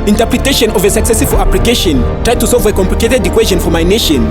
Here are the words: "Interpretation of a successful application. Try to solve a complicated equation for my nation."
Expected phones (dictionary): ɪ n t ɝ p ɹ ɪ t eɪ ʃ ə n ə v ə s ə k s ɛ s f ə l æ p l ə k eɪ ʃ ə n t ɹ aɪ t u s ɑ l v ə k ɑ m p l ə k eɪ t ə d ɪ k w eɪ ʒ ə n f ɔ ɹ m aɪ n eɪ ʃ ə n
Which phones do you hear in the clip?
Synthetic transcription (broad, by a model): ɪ n t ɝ p ɹ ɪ t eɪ ʃ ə n ə v ə s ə k s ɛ s ə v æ p l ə k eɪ ʃ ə n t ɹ aɪ t u s ɑ l v ə k ɑ m p l ə k eɪ t ə d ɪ k w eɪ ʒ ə n f ɔ ɹ m aɪ n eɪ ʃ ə n